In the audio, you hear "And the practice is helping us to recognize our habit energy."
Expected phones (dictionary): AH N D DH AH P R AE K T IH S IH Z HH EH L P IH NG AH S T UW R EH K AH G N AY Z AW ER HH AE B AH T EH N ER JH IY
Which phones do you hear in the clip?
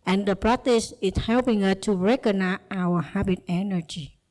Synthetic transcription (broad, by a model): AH N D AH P R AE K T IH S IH S HH EH L P IH NG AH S T UW R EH K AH N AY AW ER HH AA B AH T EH N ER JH IY